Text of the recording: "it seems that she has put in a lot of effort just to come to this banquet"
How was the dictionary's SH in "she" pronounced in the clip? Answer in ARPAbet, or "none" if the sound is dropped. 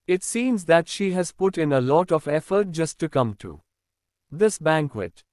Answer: SH